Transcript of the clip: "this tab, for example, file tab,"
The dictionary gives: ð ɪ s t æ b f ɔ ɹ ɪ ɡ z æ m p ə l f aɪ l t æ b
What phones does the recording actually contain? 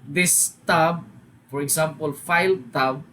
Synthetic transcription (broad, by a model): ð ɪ s t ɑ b f ɔ ɹ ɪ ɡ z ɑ m p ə l f aɪ l t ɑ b